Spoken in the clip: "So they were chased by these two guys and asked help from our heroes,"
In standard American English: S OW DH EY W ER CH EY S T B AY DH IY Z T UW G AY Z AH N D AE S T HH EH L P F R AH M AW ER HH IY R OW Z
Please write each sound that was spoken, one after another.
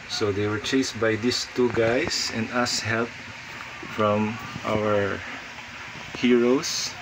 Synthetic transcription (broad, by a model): S OW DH EY W ER CH EY S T B AY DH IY S T UW G AY S AH N D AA S HH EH L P F R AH M AW ER HH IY R OW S